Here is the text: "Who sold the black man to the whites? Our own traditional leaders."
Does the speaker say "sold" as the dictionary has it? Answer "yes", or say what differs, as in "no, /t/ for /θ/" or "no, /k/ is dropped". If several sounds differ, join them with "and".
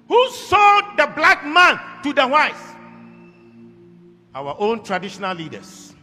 no, /l/ is dropped